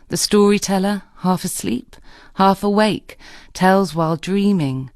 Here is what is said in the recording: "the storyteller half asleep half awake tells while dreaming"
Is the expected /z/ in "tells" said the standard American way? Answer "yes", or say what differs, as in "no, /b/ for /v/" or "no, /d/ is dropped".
yes